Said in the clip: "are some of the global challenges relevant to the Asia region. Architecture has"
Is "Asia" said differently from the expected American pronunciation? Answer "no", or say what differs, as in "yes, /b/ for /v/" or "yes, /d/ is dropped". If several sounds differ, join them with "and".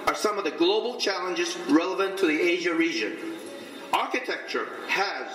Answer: no